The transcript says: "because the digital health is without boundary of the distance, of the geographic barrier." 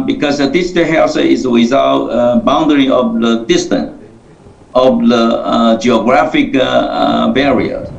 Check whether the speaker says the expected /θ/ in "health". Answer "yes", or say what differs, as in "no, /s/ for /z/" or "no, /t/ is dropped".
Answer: no, /s/ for /θ/